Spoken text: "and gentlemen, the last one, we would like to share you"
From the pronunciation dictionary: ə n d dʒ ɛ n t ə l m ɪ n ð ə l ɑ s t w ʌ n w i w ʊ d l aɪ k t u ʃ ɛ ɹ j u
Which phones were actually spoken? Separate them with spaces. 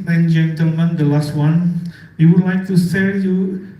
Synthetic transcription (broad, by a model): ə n dʒ ɛ n t ə l m ɪ n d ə l ɑ s t w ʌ n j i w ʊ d l aɪ k t u s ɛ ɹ j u